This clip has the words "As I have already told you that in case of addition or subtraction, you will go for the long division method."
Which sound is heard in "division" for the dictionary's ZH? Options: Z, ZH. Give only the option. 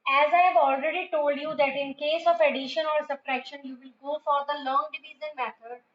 Z